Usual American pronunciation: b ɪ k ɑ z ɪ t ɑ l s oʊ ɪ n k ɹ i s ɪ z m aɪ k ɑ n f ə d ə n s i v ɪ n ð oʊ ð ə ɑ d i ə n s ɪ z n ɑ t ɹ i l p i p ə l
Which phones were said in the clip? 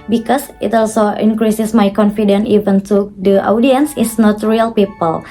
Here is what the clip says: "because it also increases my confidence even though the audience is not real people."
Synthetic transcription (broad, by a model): b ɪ k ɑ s ɪ t ɑ l s oʊ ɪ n k ɹ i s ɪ s m aɪ k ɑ n f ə d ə n i v ɪ n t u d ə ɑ d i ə n s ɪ s n ɑ t ɹ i l p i p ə l